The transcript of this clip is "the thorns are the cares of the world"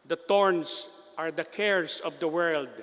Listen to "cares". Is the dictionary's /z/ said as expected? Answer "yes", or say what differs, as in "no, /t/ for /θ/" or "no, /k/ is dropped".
no, /s/ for /z/